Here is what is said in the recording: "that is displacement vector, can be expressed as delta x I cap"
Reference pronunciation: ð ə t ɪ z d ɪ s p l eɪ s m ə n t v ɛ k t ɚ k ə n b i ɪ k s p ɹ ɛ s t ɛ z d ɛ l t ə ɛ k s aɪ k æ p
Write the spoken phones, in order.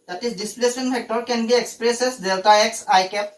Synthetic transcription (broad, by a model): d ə t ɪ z d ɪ s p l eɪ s ə n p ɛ k t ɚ k ə n b i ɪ k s p ɹ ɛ s ɛ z d ɛ l t ə ɛ k s aɪ k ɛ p